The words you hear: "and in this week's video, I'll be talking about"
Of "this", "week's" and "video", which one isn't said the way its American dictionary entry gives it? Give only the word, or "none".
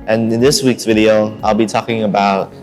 none